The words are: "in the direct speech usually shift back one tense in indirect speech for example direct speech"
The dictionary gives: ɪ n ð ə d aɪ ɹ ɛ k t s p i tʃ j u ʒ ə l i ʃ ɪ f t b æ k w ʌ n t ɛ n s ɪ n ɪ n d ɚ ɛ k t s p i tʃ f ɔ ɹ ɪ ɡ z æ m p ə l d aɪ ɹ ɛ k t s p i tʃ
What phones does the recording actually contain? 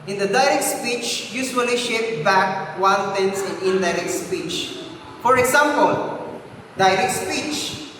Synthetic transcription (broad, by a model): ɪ n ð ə d aɪ ɹ ɛ k t s p i tʃ j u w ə l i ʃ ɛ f b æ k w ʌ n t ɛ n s ɪ n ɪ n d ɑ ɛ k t s p i tʃ f ɔ ɹ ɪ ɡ s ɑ m p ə l d aɪ ɹ ɛ k t s p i tʃ